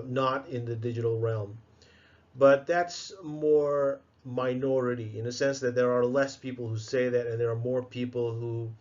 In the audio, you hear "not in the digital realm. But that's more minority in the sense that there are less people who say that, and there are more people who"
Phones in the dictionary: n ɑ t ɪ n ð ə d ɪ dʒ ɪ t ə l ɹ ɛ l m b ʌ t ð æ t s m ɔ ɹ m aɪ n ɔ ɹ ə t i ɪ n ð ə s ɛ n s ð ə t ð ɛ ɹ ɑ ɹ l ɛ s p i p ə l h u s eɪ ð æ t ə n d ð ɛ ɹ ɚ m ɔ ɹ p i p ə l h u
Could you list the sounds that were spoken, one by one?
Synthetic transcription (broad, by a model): n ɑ t ɪ n ð ə d ɪ dʒ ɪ t l ɹ ɛ l m b ʌ t ð æ t s m ɔ ɹ m aɪ n ɔ ɹ ə t i ɪ n ð ə s ɛ n s ð ə t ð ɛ ɹ ɑ ɹ l ɛ s p i p l h u s eɪ ð æ t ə n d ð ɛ ɹ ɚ m ɔ ɹ p i p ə l h u